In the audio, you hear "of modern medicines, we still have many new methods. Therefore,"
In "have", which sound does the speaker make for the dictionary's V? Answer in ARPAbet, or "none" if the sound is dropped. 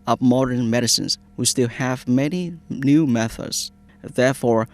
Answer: V